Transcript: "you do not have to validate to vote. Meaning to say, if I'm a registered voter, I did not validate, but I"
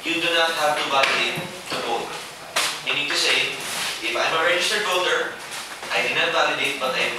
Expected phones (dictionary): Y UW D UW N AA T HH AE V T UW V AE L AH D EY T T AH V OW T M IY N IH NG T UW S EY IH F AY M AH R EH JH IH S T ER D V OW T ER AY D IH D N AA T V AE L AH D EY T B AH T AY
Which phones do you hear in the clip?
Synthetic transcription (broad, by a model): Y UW D UW N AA T HH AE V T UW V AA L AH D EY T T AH B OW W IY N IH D T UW S EY IH F AY M AH R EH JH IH S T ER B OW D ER AY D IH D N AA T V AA L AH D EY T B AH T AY